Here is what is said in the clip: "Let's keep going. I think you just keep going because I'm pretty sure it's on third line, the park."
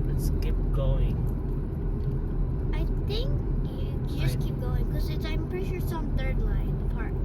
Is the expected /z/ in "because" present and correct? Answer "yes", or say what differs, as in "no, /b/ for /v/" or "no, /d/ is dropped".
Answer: no, /z/ is dropped